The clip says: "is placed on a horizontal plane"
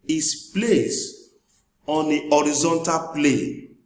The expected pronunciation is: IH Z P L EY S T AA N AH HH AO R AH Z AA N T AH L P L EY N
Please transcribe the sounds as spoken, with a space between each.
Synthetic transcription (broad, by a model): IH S P L EY S AA N AH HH AO R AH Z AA N T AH L P L EY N